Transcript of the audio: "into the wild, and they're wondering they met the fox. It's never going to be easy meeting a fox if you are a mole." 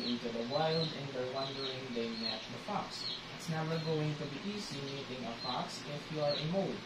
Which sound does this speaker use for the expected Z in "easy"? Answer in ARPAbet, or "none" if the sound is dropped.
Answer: S